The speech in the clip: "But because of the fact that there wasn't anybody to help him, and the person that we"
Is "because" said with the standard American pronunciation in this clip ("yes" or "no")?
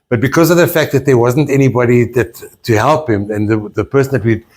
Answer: yes